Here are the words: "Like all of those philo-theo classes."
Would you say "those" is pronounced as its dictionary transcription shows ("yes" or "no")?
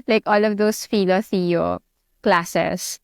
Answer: no